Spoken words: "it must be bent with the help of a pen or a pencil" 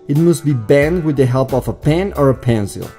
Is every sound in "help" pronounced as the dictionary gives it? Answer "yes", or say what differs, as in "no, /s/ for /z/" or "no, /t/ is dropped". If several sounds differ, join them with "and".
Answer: yes